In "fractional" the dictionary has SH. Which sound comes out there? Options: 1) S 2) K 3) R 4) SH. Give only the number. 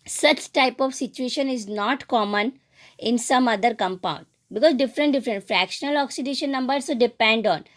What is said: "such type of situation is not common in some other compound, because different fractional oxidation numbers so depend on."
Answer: 4